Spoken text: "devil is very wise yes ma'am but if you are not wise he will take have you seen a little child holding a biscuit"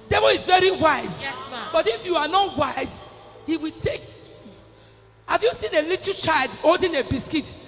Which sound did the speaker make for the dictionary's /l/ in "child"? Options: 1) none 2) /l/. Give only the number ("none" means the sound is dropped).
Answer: 2